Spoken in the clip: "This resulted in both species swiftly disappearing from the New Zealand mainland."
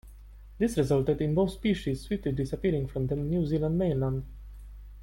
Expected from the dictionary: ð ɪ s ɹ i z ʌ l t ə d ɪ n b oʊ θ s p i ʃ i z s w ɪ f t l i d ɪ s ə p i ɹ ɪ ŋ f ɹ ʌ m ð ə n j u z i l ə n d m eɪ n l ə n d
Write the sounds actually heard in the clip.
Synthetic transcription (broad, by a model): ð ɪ s ɹ i z ʌ l t ə d ɪ n b oʊ θ s p i ʃ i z s w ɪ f t l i d ɪ s ə p i ɹ ɪ ŋ f ɹ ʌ m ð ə n j u z i l ə n d m eɪ n l ə n d